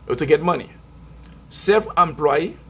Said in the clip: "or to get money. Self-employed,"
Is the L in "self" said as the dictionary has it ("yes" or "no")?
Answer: no